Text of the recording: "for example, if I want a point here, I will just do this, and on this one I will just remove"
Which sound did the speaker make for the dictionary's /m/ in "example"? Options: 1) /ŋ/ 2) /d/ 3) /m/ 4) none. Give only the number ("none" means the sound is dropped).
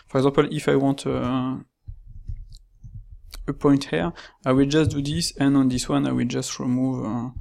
4